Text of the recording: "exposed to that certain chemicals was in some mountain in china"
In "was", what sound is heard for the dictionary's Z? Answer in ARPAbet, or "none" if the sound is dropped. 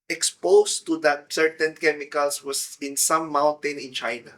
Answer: S